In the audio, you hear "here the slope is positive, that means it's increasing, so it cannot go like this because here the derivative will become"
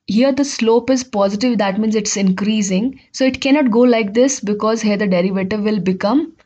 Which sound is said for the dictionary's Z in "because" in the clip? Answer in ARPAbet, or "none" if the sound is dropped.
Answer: Z